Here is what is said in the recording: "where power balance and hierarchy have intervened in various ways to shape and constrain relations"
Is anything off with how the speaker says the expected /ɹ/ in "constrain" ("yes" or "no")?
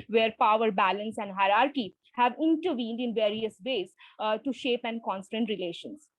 yes